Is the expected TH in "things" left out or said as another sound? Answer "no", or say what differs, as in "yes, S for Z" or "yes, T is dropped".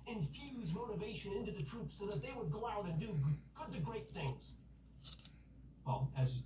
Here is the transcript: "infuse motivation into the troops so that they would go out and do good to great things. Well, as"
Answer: no